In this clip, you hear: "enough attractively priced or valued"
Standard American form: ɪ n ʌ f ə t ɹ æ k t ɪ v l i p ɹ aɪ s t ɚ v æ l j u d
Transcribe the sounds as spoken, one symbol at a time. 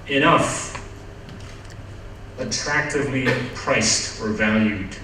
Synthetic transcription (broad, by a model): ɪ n ʌ f ə t ɹ æ k t ɪ v l i p ɹ aɪ s t ɚ v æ l j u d